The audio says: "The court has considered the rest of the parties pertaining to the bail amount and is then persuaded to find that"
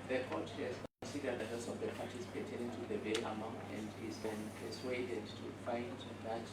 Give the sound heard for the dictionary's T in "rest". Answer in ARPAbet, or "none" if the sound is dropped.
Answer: none